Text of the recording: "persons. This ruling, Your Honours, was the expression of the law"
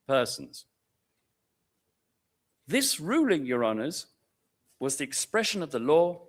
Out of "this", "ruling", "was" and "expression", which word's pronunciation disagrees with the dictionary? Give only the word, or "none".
none